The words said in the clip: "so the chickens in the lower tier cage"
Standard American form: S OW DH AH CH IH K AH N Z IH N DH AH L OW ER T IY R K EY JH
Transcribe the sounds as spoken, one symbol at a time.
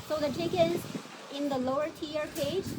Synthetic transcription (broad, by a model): S OW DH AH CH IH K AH Z IH N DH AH L OW ER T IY R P EY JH